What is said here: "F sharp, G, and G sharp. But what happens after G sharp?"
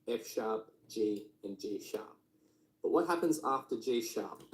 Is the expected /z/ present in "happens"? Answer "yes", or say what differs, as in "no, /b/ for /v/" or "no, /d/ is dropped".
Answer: yes